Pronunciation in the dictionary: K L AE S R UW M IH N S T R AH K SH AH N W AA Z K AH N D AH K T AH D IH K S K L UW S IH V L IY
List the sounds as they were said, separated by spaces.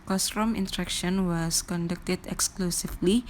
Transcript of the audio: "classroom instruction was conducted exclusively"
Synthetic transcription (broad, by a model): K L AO S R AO M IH N T R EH K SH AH N W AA S K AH N D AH K T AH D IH K S K L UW S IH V L IY